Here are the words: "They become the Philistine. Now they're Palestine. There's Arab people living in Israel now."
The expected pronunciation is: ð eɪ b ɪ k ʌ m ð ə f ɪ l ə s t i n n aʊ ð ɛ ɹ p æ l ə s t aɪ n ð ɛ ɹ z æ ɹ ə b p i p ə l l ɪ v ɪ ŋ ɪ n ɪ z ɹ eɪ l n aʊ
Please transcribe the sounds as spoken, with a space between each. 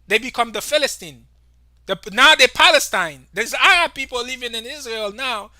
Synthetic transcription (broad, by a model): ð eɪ b ɪ k ʌ m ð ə f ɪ l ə s t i n n aʊ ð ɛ p æ l ə s t aɪ n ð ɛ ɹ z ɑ ə p i p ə l l ɪ v ɪ ŋ ɪ n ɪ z ɹ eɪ l n aʊ